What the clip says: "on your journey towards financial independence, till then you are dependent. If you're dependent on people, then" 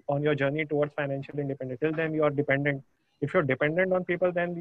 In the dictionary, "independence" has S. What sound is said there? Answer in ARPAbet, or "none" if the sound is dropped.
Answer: none